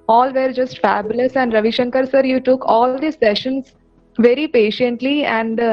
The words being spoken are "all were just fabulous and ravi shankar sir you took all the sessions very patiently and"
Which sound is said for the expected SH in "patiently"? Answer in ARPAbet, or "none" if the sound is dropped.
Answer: SH